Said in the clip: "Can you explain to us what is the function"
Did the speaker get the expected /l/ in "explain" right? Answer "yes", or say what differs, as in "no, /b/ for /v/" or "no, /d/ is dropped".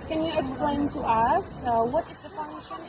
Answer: yes